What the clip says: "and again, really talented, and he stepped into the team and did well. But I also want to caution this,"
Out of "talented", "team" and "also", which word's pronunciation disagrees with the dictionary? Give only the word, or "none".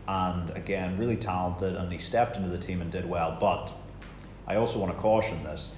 none